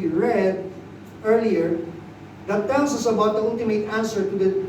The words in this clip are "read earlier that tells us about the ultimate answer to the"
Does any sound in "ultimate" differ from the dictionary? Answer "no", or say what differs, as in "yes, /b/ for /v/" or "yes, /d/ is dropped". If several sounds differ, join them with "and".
yes, /n/ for /l/